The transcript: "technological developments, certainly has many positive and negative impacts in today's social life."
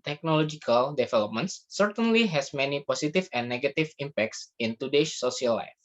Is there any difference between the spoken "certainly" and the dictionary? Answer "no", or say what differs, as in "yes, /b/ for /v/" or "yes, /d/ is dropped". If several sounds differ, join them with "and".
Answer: no